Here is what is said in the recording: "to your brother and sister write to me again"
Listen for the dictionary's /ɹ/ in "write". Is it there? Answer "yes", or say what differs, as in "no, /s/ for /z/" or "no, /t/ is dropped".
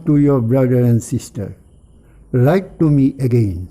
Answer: no, /l/ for /ɹ/